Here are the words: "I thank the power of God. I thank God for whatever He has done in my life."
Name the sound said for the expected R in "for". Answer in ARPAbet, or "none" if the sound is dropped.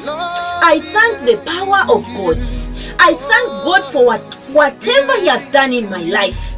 W